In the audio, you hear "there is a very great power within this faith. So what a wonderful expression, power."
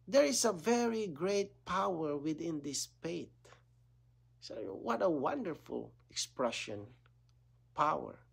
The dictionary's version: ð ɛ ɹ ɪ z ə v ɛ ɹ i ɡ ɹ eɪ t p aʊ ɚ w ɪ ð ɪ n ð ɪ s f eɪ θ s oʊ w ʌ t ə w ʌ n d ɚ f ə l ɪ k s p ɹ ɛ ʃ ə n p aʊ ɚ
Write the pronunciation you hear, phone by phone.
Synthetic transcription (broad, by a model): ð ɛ ɹ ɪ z ə v ɛ ɹ i ɡ ɹ eɪ t p aʊ ɚ w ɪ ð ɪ n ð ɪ s p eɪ t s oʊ w ʌ t ə w ʌ n d ɚ f ə l ɪ k s p ɹ ɛ ʃ ə n p aʊ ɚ